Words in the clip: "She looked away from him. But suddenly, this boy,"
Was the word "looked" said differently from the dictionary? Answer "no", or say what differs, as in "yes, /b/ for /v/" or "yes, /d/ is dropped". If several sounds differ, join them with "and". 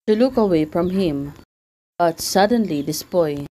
yes, /t/ is dropped